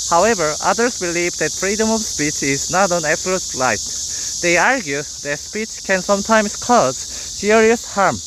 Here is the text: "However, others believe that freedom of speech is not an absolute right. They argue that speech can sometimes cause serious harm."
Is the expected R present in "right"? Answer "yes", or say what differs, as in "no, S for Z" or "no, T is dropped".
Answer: no, L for R